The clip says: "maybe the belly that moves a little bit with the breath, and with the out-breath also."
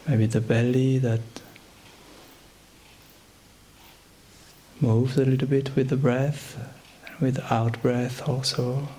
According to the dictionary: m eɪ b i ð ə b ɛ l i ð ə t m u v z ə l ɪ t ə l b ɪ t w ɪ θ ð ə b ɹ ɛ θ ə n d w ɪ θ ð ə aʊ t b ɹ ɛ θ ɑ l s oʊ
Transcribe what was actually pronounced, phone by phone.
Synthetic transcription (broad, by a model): m eɪ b i ð ə b ɛ l i ð ə t m u v z ə l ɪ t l b ɪ t w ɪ ð ə b ɹ ɛ θ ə n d w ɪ ð ə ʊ t b ɹ ɛ θ ɑ l s oʊ